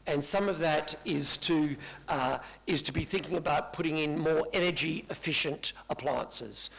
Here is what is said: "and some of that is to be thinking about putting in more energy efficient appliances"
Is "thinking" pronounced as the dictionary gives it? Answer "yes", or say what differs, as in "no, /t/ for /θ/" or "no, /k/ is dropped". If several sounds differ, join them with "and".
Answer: yes